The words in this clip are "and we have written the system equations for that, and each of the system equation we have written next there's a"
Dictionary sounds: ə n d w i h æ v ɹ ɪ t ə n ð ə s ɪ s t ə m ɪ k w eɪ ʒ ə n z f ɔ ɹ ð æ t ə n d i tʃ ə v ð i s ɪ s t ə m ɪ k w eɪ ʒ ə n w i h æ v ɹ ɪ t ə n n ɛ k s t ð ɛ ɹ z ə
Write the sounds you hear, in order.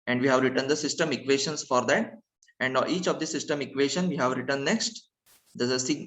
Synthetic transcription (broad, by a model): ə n d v i h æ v ɹ ɪ t ə n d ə s ɪ s t ə m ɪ k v eɪ ʃ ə n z f ɔ ɹ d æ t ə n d i tʃ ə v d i s ɪ s t ə m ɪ k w eɪ ʃ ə n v i h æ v ɹ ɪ t ə n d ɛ k s t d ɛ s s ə